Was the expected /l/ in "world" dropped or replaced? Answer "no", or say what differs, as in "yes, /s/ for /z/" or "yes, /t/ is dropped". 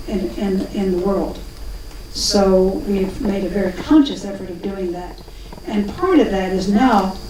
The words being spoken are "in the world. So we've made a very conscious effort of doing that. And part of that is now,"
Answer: no